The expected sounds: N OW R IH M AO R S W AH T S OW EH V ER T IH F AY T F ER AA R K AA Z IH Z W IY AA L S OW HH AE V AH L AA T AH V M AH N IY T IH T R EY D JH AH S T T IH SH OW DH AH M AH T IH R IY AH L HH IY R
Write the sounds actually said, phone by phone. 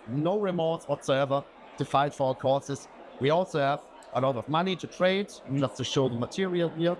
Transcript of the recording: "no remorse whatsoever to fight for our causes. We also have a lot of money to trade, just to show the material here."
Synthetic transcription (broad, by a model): N OW R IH M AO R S W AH T S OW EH V ER T IH F AY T F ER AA R K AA S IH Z W IY AA L S OW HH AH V AH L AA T AH V M AH N IY T IH T R EY D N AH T T IH SH OW DH AH M AH T IH R IY AH L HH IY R